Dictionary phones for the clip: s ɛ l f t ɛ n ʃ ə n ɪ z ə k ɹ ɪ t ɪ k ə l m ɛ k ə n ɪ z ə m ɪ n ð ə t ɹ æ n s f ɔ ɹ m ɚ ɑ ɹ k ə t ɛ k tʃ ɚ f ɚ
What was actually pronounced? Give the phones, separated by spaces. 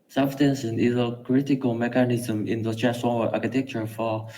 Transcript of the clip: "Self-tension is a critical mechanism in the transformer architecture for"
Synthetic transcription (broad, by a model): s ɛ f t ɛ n s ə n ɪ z ə k ɹ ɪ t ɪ k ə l m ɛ k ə n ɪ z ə m ɪ n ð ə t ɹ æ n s ɔ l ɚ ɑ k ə t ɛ k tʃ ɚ f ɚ